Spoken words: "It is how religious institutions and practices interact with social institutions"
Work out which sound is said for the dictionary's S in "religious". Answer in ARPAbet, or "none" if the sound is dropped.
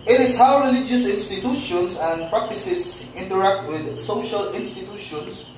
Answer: S